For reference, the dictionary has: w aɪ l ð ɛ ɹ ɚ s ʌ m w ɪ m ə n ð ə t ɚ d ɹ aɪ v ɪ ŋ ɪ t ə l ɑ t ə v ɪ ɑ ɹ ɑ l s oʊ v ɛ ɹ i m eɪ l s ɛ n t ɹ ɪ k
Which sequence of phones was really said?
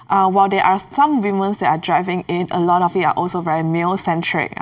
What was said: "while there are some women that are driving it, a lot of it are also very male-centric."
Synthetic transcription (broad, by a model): w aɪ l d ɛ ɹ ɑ s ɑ m w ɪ m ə n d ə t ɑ d ɹ aɪ v ɪ ŋ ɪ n ə l ɑ t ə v ɪ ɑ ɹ ɑ l s oʊ v ɛ ɹ i m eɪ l s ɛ n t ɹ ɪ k